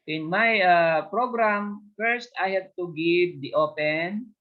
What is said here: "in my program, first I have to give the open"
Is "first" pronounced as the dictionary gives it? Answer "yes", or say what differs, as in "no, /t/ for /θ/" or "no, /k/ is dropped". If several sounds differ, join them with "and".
yes